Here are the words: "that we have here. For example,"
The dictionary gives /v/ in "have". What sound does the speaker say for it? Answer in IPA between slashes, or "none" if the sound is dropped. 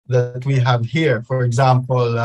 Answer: /v/